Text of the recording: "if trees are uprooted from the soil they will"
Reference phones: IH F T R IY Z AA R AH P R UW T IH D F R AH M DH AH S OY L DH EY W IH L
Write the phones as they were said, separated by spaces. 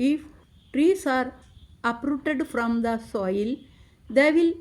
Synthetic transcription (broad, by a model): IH F T R IY S AA R AH P R UW T IH D F R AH M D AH S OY L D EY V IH L